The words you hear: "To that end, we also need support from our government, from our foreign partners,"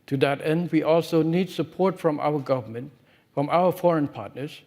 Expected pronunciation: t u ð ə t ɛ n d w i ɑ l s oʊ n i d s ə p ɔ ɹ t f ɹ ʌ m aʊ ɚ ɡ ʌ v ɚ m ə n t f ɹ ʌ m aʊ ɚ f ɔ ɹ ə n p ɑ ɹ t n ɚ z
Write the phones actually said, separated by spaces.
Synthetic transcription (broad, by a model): t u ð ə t ɛ n d w i ɑ l s oʊ n i d s ə p ɔ ɹ t f ɹ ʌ m aʊ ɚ ɡ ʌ v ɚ m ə n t f ɹ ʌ m aʊ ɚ f ɔ ɹ ə n p ɑ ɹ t n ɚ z